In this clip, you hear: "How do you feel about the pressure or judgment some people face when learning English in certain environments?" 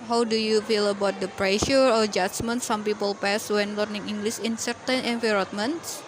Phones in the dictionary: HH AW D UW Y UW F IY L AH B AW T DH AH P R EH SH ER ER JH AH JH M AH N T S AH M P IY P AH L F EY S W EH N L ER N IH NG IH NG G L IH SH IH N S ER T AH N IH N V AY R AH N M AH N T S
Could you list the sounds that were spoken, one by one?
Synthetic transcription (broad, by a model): HH AW D UW Y UW F IY L AH B AW T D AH P R EH SH ER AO JH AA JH M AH N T S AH M P IY P AH L P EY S W EH N L ER N IH NG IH NG G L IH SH IH N S ER T AH N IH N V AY R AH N M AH N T S